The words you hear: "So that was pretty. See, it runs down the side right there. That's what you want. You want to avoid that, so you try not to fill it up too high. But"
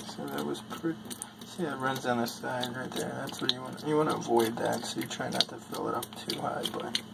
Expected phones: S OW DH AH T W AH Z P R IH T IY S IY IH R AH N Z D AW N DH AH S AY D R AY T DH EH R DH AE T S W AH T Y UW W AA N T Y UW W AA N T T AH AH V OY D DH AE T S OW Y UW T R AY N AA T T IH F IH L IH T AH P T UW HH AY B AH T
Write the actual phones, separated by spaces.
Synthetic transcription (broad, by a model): S OW DH AH T W AH Z P R IH T IY S IY IH R AH N Z D AW N DH AH S AY D R AY T DH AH R DH AE T S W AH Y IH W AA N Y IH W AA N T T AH AH V OY D DH AE T S OW Y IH T R AY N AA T T IH F IH L IH T AH P T UW HH AY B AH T